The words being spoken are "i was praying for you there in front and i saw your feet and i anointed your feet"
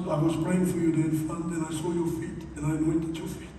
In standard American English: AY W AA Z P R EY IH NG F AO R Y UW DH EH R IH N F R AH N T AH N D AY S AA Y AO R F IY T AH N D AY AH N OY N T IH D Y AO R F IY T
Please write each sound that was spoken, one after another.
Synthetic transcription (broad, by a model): AY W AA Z P R EY IH NG F AO R Y UW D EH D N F AH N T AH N AY S AA Y AO R F IY T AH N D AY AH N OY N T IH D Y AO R F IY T